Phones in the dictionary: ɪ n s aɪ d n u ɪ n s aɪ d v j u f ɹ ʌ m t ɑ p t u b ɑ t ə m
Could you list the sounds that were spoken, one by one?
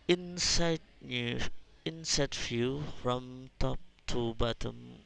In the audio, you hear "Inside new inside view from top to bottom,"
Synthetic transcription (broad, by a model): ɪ n s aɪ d n u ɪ n s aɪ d f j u f ɹ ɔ m t ɑ p t u b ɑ t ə m